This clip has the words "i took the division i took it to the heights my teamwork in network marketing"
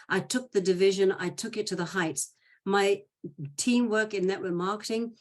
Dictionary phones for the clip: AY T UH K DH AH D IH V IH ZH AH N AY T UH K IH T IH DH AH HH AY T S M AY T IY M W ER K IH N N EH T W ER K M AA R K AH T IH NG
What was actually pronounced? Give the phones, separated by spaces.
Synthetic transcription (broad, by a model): AY T UH K DH AH D IH V IH ZH AH N AY T UH K IH T IH DH AH HH AY T S M AY T IY M W ER K IH N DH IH T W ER M AA R K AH T IH NG